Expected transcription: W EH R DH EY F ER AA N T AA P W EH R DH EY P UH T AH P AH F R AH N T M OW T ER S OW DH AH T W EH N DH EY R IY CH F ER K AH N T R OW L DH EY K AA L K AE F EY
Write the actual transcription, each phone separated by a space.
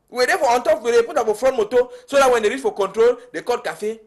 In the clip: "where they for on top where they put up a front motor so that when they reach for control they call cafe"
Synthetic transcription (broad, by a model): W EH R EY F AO AA N T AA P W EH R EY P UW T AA F AH F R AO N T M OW T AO S OW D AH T W EH N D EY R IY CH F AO K AH N T R OW L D EY K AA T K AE F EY